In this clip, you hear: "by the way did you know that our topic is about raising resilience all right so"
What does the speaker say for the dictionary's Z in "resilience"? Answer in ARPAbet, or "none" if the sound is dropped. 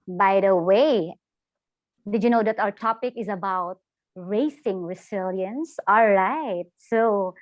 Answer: S